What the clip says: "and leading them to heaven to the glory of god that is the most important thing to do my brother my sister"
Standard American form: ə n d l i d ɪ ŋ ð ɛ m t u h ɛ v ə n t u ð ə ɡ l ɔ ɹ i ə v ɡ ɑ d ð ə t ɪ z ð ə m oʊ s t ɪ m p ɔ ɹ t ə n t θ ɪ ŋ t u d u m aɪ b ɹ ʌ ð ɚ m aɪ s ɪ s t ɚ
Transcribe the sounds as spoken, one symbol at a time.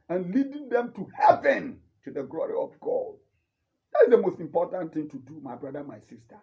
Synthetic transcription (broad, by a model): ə n l i d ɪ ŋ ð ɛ m t u h ɛ v ə n t u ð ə ɡ l ɔ ɹ i ə v ɡ ɑ d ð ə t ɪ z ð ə m oʊ s t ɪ m p ɔ t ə n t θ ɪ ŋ t u d u m aɪ b ɹ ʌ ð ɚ m aɪ s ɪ s t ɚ